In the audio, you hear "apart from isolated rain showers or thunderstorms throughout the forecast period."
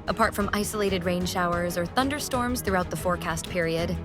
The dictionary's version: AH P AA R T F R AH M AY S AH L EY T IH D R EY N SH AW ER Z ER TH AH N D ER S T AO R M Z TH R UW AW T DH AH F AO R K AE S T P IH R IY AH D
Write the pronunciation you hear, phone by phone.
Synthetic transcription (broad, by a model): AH P AA R T F R AH M AY S AH L EY T IH D R EY N SH AW ER Z ER TH AH N D ER S T AO R M Z TH R UW AW T DH AH F AO R K AE S T P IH R IY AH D